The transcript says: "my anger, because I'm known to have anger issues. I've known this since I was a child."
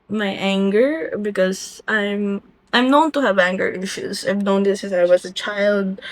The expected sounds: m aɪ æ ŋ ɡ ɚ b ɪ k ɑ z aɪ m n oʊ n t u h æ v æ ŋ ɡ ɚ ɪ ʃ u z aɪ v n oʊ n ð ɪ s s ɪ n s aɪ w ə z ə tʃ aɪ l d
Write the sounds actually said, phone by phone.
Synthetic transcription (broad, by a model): m aɪ æ ŋ ɡ ɚ b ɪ k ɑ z aɪ m n oʊ n t u h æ v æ ŋ ɡ ɚ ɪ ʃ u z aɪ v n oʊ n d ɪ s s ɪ s aɪ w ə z ə tʃ aɪ l d